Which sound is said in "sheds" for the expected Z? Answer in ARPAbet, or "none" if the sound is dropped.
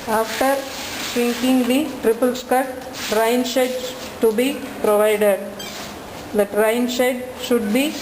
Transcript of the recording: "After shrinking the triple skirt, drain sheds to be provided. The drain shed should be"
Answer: none